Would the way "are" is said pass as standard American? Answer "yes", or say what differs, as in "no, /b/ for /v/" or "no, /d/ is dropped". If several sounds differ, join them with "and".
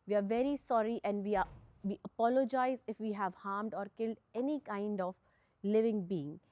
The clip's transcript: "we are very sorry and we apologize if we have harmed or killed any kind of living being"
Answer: yes